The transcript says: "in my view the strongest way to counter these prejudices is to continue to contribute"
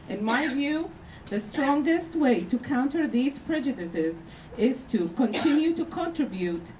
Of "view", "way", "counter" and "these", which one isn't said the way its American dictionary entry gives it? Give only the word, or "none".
none